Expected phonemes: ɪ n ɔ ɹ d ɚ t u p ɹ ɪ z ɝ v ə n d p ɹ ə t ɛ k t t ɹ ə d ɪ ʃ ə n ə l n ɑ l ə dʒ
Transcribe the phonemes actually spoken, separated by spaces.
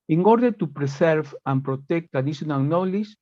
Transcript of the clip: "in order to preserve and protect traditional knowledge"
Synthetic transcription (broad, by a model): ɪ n ɔ ɹ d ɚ t u p ɹ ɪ s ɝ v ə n p ɹ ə t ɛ k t t ə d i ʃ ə n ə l n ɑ l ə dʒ